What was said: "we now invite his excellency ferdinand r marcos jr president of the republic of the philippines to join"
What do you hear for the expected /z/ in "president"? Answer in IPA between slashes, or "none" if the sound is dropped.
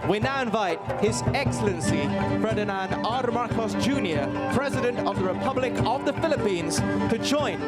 /z/